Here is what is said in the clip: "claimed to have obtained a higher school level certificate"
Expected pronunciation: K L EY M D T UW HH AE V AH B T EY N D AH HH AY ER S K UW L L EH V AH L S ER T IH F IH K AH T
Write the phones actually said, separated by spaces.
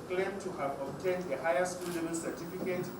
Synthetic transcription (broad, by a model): K L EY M T UW HH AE V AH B T EY N D AH HH AY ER S K UW L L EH B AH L S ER T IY F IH K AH T